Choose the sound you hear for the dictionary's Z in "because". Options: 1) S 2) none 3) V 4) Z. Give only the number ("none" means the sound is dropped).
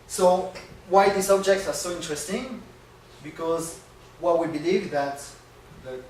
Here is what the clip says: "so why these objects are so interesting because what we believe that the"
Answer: 4